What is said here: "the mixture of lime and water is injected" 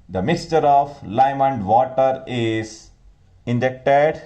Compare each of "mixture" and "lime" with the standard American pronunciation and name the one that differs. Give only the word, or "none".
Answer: none